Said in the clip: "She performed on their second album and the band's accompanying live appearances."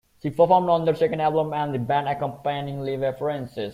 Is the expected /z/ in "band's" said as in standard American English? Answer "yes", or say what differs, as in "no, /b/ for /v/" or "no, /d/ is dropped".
no, /z/ is dropped